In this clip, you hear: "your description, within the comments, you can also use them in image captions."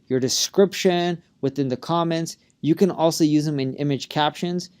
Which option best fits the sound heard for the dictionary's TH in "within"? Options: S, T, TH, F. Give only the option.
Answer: TH